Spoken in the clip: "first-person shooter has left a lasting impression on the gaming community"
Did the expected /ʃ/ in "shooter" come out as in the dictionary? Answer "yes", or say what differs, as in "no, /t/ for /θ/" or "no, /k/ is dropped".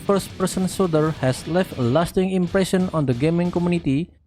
no, /s/ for /ʃ/